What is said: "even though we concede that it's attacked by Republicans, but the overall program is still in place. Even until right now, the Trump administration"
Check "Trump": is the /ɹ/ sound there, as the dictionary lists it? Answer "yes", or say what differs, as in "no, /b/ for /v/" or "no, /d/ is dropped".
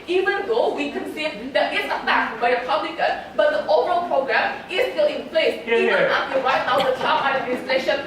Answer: no, /ɹ/ is dropped